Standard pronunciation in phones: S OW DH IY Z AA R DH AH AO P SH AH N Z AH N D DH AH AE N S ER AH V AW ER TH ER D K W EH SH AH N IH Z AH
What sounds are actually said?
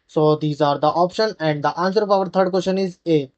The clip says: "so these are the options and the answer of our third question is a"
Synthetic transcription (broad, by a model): S OW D IY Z AA R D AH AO P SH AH N AH N D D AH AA N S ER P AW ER T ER D K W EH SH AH N IH Z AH